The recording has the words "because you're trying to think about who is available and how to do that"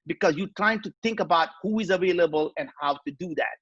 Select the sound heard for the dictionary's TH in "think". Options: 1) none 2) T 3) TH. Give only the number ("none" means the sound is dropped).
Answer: 2